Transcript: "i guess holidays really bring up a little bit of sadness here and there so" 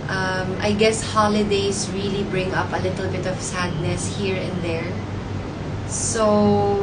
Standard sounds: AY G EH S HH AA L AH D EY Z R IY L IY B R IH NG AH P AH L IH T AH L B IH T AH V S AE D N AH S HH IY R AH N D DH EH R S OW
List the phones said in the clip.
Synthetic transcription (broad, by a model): AY G EH S HH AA L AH D EY S R IY L IY B R IH NG AH P AH L IH T AH L B IH T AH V S AE D N AH S HH IY R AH N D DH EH R S OW